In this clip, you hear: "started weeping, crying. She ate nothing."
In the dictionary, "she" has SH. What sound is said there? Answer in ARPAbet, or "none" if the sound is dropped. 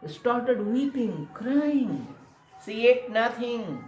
S